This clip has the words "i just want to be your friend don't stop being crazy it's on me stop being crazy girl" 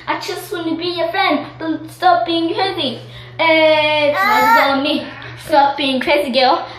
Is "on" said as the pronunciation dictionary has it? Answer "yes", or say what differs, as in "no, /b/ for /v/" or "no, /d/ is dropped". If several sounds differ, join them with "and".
no, /l/ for /n/